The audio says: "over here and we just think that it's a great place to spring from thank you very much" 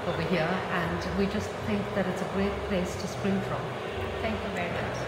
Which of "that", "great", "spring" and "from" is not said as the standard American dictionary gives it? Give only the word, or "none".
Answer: none